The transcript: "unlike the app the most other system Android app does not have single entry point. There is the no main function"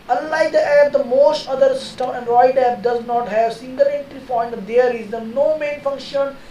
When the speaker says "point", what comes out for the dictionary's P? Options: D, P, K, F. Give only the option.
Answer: F